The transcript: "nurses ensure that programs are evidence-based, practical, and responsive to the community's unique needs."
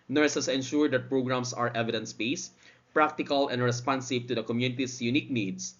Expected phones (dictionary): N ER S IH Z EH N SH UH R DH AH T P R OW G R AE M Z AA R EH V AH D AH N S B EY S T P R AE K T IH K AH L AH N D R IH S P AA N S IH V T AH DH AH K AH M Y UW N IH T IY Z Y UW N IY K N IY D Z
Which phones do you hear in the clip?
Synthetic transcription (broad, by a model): N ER S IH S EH N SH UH R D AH T P R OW G R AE M S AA R EH V AH D AH N S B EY S P R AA K T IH K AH L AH N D R IH S P AA N S IH V T AH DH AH K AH M Y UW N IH T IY S Y UW N IY K N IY D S